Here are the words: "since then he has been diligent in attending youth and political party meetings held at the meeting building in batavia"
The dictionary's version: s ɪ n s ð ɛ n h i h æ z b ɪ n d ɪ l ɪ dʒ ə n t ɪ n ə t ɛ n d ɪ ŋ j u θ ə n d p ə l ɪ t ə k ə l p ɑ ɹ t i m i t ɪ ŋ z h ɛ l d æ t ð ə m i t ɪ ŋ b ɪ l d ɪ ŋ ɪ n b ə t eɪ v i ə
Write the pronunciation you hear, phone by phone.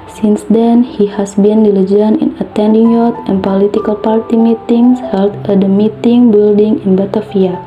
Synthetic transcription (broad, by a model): s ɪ n s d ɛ n h i h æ s b ɪ n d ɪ l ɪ dʒ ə n ɪ n ə t ɛ n d ɪ ŋ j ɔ t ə n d p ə l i t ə k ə l p ɑ ɹ t i m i t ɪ ŋ s h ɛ l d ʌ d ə m i t ɪ ŋ b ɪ l d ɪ ŋ ɪ n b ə t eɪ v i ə